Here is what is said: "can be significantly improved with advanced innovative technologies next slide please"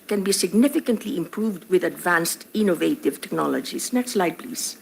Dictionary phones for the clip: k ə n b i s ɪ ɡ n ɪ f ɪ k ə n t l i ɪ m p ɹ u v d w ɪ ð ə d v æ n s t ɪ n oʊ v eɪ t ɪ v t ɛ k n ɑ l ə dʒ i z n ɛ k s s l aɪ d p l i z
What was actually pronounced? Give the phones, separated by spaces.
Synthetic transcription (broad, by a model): k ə n b i s ɪ ɡ n ɪ f ɪ k ə n t l i ɪ m p ɹ u v d w ɪ ð ə d v æ n s t ɪ n oʊ v eɪ t ɪ v t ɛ k n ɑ l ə dʒ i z n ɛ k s s l aɪ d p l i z